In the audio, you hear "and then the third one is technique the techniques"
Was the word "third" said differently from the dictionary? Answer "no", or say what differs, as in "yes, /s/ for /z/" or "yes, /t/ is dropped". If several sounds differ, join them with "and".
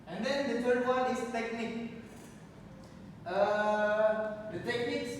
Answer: yes, /f/ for /θ/